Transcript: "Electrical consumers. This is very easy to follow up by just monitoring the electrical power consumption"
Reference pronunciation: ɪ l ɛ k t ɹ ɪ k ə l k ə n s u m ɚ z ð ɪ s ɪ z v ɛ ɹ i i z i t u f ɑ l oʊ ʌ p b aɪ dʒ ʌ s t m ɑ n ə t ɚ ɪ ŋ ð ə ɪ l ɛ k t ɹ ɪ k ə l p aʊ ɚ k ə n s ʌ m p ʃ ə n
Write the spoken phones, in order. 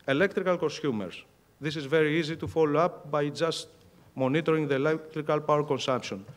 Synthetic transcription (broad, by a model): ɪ l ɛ k t ɹ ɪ k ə l k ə n s u m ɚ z ð ɪ s ɪ z v ɛ ɹ i i z i t u f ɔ l oʊ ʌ p b aɪ dʒ ʌ s t m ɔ n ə t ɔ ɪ ŋ ð ə ɪ l ɛ k t ɹ ɪ k ə l p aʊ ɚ k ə n s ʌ m p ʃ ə n